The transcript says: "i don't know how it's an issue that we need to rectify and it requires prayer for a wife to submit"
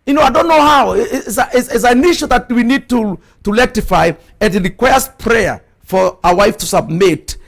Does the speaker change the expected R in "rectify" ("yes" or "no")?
yes